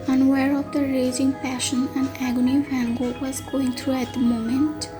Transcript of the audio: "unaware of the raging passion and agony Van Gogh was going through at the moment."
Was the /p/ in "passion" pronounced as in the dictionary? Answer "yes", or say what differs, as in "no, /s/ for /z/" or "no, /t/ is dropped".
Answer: yes